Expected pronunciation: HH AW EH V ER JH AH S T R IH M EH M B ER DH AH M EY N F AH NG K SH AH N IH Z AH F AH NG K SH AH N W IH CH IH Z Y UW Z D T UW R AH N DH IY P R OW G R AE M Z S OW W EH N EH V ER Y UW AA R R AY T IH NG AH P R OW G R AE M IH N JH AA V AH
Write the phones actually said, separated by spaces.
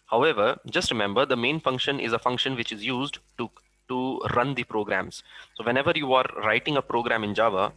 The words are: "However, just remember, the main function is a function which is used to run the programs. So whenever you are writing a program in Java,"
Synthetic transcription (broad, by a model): HH AW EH V ER JH AH S T R IH M EH M B ER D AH M EY N F AH NG K SH AH N IH Z AH F AH NG K SH AH N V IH CH IH Z Y UW Z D T UW R AH N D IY P R OW G R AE M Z S OW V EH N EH V ER Y UW AA R R AY T IH NG AH P R OW G R AE M IH N JH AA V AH